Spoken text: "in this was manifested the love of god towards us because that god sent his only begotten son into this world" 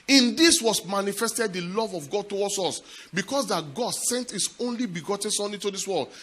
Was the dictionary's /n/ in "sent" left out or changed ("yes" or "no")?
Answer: no